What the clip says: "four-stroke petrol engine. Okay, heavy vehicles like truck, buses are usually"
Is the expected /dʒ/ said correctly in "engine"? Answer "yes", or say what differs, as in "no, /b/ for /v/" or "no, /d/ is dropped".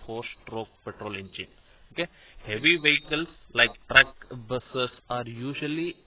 no, /tʃ/ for /dʒ/